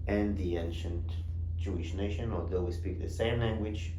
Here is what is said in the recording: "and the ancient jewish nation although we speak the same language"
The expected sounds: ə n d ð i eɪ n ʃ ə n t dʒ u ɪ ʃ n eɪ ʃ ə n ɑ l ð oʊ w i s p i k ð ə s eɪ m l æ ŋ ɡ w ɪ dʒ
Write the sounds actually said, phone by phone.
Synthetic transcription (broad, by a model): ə n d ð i eɪ n ʃ ə n t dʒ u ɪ ʃ n eɪ ʃ ə n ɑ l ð oʊ w i s p i k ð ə s eɪ m l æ ŋ ɡ w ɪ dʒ